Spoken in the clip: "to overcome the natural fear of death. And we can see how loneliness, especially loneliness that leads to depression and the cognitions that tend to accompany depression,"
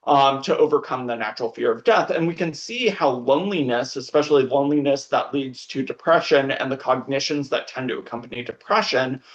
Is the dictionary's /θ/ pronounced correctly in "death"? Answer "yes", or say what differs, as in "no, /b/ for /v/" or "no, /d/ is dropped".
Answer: yes